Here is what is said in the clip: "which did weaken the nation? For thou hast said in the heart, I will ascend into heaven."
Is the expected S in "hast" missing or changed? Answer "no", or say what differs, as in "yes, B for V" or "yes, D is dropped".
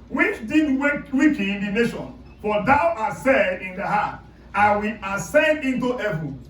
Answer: yes, S is dropped